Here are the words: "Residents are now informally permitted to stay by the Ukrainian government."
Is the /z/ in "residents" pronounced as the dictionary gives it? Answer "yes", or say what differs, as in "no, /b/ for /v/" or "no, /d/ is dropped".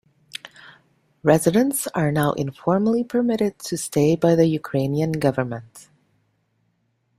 yes